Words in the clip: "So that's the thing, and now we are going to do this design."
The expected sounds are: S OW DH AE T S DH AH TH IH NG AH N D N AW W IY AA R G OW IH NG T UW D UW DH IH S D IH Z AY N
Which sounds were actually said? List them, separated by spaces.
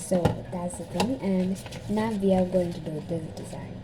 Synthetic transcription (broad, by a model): S OW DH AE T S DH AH TH IH NG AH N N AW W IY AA L G OW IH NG T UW D UW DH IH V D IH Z AY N